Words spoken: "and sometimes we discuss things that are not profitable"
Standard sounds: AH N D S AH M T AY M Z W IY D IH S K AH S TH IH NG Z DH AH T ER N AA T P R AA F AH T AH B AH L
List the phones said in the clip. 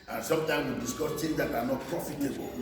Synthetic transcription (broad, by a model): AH N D S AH M T AY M W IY D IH S K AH S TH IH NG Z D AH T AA N AA T P R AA F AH T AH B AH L